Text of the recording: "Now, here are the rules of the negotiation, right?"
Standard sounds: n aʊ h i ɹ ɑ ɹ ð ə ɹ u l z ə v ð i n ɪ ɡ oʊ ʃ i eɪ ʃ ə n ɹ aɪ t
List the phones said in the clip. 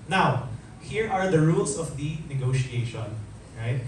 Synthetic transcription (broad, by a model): n aʊ h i ɹ ɑ ɹ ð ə ɹ u l s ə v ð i n ɪ ɡ oʊ ʃ i eɪ ʃ ə n ɹ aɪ t